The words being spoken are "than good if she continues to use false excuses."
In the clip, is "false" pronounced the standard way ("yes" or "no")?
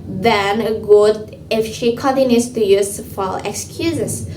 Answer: no